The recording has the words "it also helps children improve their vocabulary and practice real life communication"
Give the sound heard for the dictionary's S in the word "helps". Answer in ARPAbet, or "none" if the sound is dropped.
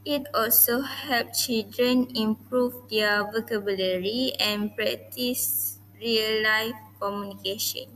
none